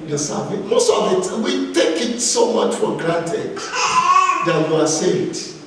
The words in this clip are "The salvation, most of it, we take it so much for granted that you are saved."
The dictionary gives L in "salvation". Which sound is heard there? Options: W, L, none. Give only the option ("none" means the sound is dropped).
none